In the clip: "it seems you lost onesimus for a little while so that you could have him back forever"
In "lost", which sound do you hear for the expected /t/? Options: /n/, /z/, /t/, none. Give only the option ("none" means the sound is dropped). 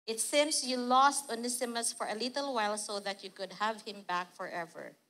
/t/